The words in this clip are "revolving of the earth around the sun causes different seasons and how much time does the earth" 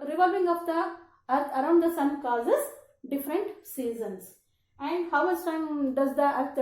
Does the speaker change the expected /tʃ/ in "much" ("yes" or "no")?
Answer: yes